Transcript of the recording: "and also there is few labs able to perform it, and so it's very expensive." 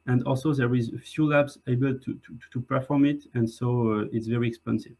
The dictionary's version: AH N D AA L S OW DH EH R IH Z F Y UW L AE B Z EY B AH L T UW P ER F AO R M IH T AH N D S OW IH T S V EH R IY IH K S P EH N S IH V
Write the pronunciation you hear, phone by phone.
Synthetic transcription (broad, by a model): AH N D AA L S OW DH EH R IH Z F Y UW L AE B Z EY B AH L T UW P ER F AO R M IH T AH N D S OW IH T S V EH R IY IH K S P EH N S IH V